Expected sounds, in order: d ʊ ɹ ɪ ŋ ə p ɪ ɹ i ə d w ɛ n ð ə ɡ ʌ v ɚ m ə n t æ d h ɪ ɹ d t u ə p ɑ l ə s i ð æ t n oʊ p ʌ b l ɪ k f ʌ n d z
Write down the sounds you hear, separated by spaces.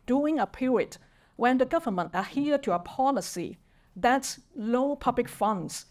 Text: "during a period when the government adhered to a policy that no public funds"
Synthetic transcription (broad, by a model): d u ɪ ŋ ə p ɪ ɹ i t w ɛ n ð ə ɡ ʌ v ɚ m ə n t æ h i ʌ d t u ə p ɑ l ə s i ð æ t l oʊ p ʌ b l ɪ k f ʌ n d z